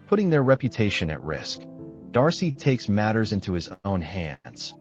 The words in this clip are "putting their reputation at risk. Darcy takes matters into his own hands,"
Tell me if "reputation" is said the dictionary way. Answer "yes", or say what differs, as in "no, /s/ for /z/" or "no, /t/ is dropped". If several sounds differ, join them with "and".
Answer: yes